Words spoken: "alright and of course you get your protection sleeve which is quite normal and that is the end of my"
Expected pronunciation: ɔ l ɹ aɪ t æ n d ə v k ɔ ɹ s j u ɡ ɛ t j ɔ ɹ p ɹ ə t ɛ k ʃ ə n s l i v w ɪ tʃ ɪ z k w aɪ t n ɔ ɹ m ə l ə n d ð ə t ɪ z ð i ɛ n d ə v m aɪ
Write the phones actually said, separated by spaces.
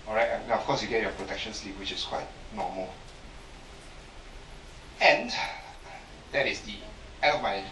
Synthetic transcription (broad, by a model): ɔ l ɹ aɪ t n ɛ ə f k ɔ s j u ɡ ɛ t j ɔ p ɹ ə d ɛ k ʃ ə n s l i p w ɪ tʃ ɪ s k w aɪ t n ɔ m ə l ə n d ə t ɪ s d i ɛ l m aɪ